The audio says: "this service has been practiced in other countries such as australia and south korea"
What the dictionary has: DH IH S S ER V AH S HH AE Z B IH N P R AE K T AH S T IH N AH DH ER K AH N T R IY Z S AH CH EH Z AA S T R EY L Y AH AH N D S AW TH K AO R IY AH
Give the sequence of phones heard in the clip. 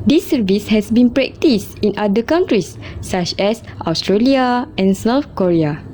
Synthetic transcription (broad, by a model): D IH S S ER V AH S HH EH S B IH N P R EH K T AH S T IH N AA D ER K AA N T R IY S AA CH EH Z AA S T R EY L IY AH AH N S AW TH K AO R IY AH